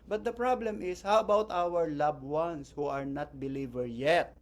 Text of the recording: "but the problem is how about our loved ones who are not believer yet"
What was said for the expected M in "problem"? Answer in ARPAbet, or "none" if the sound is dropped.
M